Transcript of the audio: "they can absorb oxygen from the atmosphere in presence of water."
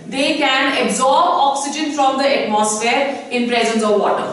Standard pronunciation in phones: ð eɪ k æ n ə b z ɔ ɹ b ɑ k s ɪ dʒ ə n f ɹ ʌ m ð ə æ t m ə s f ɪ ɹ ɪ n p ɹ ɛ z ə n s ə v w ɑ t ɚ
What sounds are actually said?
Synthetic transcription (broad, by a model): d eɪ k æ n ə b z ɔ ɹ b ɑ k s ɪ dʒ ə n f ɹ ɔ m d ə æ t m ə s f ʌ ɹ ɪ n p ɹ ɛ z ə n s ə v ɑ t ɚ